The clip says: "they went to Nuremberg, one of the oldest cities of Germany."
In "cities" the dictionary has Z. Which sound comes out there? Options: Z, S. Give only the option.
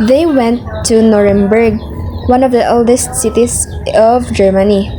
S